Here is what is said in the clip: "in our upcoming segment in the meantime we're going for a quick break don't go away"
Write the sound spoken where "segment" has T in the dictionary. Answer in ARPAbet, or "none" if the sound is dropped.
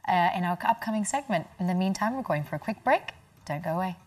T